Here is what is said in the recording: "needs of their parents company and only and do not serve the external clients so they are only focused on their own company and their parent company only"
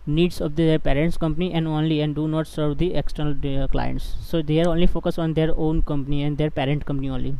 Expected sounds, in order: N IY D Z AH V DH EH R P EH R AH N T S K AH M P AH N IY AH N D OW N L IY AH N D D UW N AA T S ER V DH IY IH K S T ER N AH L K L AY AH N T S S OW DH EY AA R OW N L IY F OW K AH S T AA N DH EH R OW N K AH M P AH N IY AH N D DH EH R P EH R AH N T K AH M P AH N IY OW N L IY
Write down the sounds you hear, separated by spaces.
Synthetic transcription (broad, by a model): N IY D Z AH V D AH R P EH R AH N T S K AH M P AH N IY AH N D OW N L IY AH N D D UW N AA T S ER V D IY IH K S T ER N AH L K L AY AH N T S S OW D EY AA R OW N L IY F OW K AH S AA N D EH R OW N K AH M P AH N IY AH N D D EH R P EH R AH N T K AH M P AH N IY OW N L IY